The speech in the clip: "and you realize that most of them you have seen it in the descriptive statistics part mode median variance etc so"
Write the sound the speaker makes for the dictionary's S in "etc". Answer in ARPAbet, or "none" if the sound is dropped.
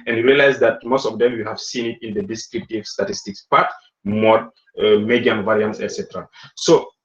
S